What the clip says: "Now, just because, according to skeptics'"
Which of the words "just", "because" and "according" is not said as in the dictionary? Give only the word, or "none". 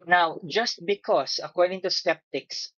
because